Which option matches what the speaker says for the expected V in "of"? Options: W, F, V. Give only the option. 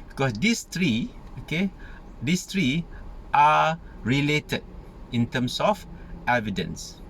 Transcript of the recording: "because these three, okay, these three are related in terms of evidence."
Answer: F